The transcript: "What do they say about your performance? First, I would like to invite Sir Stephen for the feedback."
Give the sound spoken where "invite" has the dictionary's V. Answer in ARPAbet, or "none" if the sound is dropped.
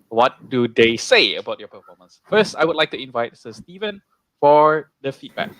V